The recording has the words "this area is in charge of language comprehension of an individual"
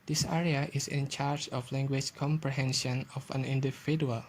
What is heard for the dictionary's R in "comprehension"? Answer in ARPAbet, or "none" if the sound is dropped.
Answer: R